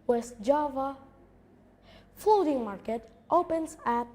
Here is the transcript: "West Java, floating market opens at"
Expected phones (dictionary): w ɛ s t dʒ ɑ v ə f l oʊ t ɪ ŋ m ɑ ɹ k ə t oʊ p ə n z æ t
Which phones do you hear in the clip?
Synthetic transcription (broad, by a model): w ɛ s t dʒ ɑ v ə f oʊ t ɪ ŋ m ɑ ɹ k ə t oʊ p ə n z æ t